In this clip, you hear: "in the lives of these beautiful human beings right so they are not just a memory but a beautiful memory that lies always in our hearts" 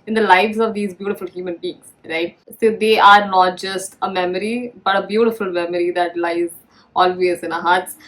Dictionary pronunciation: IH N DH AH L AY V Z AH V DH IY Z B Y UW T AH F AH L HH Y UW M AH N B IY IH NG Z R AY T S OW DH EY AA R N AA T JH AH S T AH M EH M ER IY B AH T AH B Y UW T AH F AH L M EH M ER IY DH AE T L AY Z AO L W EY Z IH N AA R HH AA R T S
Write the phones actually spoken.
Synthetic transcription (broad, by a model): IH N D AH L AY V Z AH V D IY Z B Y UW T AH F AH L HH Y UW M AH N B IY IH NG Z R AY T S OW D EY AA R N AA T JH AH S T AH M EH M ER IY B AH T AH B Y UW T AH F AH L M EH M ER IY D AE T L AY Z AO L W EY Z IH N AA HH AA R T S